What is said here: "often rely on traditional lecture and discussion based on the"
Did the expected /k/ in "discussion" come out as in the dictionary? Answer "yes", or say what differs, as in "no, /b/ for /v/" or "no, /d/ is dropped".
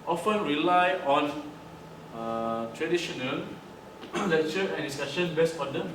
no, /k/ is dropped